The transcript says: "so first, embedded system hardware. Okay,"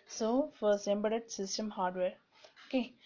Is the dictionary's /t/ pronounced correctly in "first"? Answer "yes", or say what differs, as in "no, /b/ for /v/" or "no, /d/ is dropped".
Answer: no, /t/ is dropped